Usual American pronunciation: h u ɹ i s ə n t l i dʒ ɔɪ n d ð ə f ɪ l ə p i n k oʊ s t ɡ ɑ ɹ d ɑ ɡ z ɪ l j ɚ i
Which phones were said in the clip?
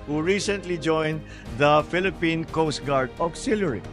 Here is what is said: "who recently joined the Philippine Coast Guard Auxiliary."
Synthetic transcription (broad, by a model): h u ɹ i s ə n t l i dʒ ɔɪ n d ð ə f ɪ l ə p i n k oʊ s t ɡ ɑ ɹ d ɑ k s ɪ l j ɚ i